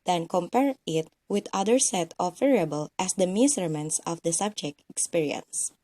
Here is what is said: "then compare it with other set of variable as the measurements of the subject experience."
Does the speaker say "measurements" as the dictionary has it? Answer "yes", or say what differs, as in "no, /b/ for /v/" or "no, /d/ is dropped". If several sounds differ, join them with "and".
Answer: no, /s/ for /ʒ/